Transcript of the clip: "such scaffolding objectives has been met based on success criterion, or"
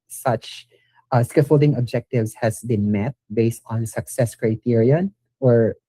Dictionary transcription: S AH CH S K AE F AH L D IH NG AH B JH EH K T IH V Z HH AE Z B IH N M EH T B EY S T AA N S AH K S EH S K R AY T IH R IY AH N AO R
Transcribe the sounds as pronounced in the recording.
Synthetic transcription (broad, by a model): S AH CH S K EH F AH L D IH NG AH B JH EH K T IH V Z HH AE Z B IH N M EH T B EY S T AA N S AH K S EH S K R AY T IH R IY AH N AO R